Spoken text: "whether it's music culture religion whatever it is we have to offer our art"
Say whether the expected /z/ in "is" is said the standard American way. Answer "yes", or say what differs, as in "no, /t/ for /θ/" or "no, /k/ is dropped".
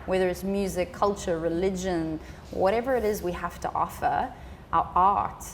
yes